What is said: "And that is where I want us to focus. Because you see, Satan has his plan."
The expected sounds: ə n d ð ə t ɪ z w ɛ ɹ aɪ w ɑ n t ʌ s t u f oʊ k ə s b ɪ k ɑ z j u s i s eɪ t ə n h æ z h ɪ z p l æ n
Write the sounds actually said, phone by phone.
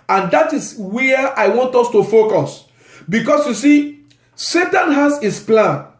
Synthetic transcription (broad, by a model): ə n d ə t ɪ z w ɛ aɪ w ɑ n t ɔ s t u f oʊ k ə s b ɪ k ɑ s j u s i s eɪ t ə n h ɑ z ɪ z p l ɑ n